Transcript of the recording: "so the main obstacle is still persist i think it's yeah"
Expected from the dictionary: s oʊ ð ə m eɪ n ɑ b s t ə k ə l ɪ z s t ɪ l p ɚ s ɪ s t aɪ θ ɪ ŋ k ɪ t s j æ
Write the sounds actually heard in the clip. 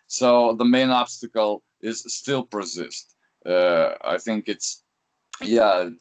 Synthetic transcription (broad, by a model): s oʊ ð ə m eɪ n ɑ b s t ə k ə l ɪ z s t ɪ l p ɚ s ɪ s t aɪ θ ɪ ŋ k ɪ t s j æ